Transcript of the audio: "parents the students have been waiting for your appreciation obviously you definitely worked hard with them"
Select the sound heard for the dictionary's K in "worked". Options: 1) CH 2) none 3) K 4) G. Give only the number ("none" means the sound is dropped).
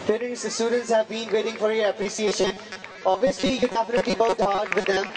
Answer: 2